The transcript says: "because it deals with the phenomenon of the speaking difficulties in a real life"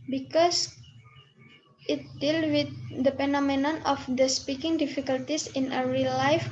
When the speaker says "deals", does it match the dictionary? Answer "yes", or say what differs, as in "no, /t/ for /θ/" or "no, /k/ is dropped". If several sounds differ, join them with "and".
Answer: no, /z/ is dropped